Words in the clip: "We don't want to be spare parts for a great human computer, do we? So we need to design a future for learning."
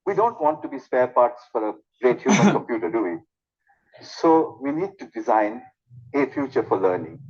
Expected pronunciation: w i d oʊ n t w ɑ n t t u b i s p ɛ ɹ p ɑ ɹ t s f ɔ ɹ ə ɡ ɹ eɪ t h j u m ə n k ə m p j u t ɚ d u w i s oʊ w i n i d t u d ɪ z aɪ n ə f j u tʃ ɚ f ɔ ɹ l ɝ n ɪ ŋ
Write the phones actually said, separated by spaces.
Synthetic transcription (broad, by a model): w i d oʊ n t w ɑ n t t u b i s p ɛ ɹ p ɑ ɹ t s f ɔ ɹ ə ɡ ɹ eɪ t h j u m ə n k ə m p j u t ɚ d u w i s oʊ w i n i d t u d ɪ z aɪ n ə f j u tʃ ɚ f ɔ ɹ l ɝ n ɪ ŋ